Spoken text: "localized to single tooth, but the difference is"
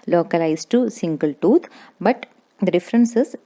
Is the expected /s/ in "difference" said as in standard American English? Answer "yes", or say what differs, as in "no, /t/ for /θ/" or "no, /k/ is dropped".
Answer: yes